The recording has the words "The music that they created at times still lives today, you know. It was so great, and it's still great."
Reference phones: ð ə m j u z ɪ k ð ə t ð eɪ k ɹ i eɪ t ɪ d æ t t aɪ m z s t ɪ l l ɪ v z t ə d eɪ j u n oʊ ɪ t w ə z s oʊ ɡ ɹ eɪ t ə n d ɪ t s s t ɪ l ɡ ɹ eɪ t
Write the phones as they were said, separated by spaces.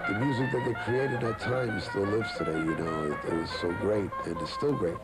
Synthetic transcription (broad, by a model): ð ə m j u z ɪ k ð ə t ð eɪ k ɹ i eɪ t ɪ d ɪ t t aɪ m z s t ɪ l l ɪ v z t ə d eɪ j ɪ n oʊ ɪ t w ə z s oʊ ɡ ɹ eɪ t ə n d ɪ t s s t ɪ l ɡ ɹ eɪ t